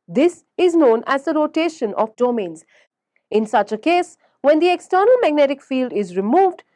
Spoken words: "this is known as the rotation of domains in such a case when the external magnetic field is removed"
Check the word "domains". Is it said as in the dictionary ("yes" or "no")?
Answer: yes